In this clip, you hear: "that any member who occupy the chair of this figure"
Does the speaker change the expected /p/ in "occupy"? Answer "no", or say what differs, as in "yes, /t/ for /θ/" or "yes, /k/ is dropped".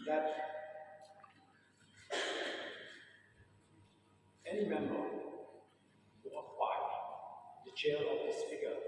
yes, /p/ is dropped